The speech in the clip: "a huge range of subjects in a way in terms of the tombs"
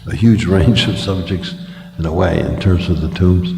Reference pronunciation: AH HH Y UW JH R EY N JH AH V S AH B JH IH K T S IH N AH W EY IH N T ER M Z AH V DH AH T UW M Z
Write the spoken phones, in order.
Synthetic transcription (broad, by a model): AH HH Y UW JH R EY N JH AH V S AH B JH IH K T S IH N AH W EY IH N T ER M Z AH V DH AH T UW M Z